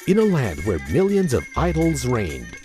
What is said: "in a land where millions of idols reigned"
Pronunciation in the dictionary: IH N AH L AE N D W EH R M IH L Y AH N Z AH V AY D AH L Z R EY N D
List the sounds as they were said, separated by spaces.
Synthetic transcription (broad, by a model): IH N AH L AE N D W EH R M IH L Y AH N Z AH V AY D L Z R EY N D